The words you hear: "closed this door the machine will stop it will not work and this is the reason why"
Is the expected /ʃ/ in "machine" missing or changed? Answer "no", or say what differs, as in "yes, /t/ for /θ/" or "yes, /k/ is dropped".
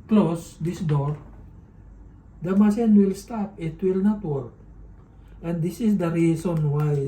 yes, /s/ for /ʃ/